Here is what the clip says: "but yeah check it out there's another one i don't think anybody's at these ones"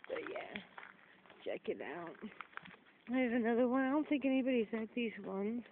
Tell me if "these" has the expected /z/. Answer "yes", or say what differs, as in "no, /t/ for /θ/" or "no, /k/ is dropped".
yes